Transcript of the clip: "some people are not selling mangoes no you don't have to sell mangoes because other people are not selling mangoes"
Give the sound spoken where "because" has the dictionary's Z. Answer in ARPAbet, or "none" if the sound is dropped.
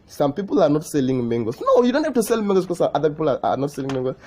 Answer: none